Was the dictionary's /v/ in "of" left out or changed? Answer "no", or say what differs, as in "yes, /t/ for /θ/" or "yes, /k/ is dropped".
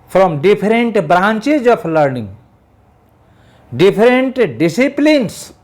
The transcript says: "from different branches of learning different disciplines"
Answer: yes, /p/ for /v/